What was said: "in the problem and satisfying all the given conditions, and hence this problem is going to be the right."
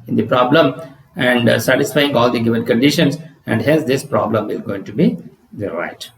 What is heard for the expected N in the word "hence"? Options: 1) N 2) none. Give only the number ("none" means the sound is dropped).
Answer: 2